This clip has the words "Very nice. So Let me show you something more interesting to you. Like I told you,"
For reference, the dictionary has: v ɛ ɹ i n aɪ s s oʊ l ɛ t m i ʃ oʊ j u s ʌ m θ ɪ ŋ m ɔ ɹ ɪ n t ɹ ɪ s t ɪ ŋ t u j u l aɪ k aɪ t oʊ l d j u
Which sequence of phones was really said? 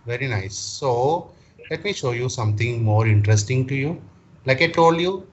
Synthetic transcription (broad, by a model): v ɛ ɹ i n aɪ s s oʊ l ɛ t m i ʃ oʊ j u s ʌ m t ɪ ŋ m ɔ ɹ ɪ n t ɹ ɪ s t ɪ ŋ t u j u l aɪ k aɪ t oʊ l d j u